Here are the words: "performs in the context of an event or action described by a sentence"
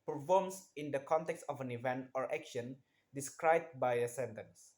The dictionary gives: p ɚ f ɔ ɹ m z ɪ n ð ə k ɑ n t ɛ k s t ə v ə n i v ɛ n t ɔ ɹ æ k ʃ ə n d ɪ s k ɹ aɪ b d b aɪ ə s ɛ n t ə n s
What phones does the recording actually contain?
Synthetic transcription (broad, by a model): p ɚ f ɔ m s ɪ n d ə k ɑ n t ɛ k s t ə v ə n i v ɛ n t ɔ ɹ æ k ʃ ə n d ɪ s k ɹ aɪ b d b aɪ ə s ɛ n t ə n s